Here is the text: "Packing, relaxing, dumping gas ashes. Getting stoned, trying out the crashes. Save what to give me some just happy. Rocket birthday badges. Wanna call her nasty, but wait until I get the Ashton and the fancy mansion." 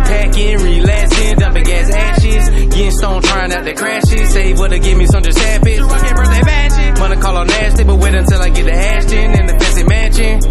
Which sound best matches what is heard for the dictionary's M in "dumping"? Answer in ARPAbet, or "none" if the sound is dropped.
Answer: none